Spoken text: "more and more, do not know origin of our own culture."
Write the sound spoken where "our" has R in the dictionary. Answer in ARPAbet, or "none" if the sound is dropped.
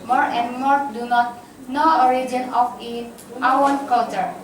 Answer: W